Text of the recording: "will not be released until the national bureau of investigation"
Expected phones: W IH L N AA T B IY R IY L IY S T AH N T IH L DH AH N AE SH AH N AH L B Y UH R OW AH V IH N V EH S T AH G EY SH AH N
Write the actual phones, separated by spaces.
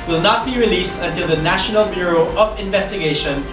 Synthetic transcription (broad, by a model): W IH L N AA T B IY R IY L IY S T AH N T IH L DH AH N AE SH AH N AH L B Y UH R OW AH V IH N V EH S T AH G EY SH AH N